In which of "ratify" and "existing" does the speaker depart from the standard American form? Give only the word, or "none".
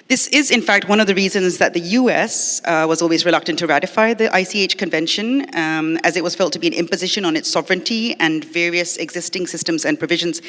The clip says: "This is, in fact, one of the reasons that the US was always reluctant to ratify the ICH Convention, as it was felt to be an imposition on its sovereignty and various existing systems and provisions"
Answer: none